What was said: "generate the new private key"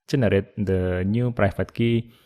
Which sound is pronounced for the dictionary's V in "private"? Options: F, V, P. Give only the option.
F